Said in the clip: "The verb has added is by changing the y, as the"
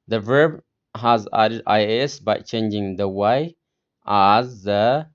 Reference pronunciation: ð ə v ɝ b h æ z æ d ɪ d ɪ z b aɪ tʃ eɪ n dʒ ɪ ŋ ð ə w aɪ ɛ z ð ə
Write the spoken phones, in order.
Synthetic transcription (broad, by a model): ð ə v ɝ b h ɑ z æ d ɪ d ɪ s b aɪ tʃ eɪ n dʒ ɪ ŋ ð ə w aɪ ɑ z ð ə